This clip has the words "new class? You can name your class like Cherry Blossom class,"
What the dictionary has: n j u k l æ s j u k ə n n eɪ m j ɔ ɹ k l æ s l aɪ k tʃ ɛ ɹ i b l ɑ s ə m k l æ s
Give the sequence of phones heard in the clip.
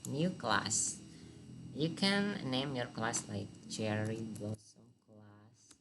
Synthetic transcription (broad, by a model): n j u k l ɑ s j u k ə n n eɪ m j ɔ ɹ k l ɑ s l aɪ k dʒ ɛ ɹ i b ɑ s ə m k l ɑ s